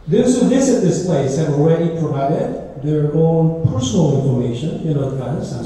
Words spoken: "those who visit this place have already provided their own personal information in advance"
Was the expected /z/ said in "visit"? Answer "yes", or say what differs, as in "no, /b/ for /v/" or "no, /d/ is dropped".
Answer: no, /s/ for /z/